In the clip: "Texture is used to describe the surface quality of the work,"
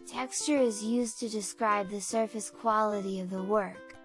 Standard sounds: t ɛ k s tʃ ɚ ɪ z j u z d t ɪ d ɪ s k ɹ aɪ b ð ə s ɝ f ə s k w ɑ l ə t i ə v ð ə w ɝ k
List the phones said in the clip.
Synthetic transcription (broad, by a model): t ɛ k s tʃ ɚ ɪ z j u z t ɪ d ɪ s k ɹ aɪ b ð ə s ɝ f ə s k w ɑ l ə t i ə v ð ə w ɝ k